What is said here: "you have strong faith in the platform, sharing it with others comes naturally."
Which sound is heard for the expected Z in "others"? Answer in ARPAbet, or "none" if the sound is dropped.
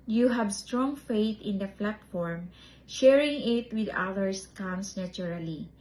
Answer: S